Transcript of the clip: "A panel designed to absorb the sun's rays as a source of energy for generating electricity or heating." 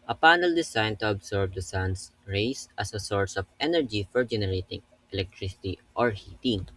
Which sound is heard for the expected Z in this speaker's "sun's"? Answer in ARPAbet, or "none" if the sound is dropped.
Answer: S